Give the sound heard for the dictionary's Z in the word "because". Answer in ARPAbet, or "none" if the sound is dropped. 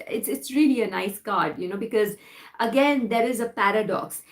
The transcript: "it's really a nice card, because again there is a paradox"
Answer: Z